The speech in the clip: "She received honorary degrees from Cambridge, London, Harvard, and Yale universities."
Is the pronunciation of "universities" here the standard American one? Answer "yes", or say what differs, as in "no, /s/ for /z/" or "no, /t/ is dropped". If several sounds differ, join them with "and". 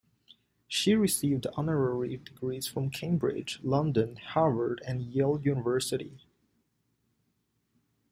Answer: no, /z/ is dropped